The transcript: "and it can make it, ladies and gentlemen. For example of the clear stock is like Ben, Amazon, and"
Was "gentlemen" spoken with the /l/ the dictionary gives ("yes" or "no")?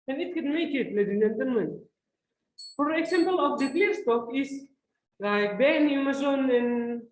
no